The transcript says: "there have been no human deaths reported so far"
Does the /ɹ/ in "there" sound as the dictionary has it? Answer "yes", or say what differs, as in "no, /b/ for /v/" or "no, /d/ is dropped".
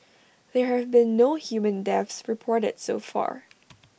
yes